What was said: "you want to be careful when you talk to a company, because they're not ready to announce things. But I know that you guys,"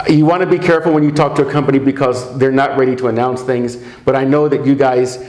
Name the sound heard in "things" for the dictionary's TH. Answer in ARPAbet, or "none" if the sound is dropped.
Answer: TH